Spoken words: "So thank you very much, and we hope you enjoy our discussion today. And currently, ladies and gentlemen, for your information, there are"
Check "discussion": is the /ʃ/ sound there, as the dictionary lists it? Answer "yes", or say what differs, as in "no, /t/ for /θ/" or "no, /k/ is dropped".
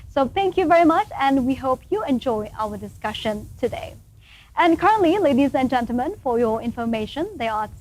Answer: yes